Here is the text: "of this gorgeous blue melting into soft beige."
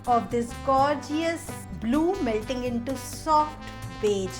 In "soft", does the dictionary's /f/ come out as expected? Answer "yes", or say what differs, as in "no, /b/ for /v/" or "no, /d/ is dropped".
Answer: yes